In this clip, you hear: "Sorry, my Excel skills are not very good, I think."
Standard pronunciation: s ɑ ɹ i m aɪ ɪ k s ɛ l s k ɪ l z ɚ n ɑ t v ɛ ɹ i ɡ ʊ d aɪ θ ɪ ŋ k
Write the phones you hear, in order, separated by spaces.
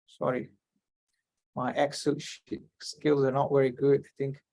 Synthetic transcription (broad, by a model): s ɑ ɹ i m aɪ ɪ k s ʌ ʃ s k ɪ l z ɚ n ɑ t v ɛ ɹ i ɡ ʊ d aɪ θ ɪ ŋ k